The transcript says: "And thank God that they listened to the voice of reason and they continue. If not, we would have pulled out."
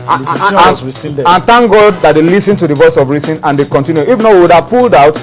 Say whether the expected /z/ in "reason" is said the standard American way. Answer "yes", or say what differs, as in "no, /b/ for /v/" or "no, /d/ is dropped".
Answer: no, /s/ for /z/